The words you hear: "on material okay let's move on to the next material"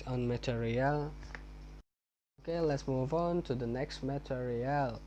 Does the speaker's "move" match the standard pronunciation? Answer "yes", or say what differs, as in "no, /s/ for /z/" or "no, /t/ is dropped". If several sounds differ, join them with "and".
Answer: yes